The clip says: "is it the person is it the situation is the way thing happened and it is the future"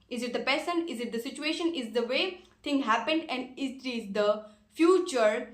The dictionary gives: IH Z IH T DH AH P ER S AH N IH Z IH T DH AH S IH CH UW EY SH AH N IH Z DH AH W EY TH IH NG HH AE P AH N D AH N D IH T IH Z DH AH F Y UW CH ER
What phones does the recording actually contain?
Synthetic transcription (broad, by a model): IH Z IH T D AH P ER S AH N IH Z IH T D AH S IH CH UW EY SH AH N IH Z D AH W EY T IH NG HH AE P AH N D AH N D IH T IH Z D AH F Y UW CH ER